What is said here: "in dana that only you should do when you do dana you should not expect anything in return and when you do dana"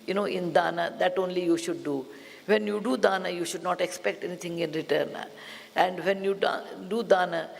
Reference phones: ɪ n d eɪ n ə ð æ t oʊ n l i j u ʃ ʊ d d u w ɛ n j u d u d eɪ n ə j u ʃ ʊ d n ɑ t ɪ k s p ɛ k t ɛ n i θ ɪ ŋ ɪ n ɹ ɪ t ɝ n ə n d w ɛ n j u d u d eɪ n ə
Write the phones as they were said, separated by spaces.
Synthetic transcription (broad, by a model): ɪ n d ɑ n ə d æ t oʊ n l i j u ʃ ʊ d d u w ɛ n j u d u d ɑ n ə j u ʃ ʊ d n ɑ t ɪ k s p ɛ k t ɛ n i t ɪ ŋ ɪ n ɹ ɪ t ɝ n ə n d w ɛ n j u d u d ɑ n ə